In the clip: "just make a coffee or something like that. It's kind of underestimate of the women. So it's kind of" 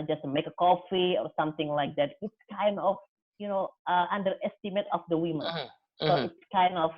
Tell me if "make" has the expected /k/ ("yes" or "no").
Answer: yes